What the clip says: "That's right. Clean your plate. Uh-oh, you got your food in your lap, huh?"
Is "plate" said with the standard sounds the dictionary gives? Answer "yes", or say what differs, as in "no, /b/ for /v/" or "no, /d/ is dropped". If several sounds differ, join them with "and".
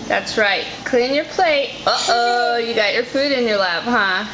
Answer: yes